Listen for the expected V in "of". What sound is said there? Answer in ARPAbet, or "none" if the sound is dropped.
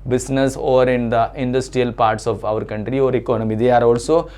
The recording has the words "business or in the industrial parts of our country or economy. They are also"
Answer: V